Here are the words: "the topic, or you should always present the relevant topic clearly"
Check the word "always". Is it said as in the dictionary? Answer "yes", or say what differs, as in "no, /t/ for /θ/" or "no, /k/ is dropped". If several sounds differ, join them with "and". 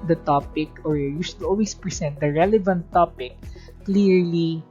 no, /s/ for /z/